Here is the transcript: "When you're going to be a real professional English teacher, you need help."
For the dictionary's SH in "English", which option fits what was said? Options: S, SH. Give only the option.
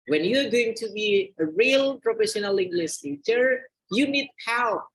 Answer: S